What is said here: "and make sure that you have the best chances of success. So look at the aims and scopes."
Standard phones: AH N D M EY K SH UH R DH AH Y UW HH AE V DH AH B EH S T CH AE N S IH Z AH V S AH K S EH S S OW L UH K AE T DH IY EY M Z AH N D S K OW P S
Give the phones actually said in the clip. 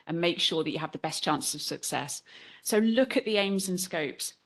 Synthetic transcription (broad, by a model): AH N M EY K SH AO DH AH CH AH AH V DH AH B EH S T CH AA N S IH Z AH V S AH K S EH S S OW L UH K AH T DH IY EY M Z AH N S K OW P S